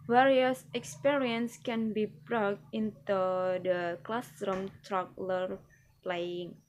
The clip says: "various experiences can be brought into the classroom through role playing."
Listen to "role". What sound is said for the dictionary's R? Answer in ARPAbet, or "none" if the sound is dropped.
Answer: L